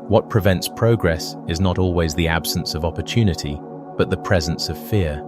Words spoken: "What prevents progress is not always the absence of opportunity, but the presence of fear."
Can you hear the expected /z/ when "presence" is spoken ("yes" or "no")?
yes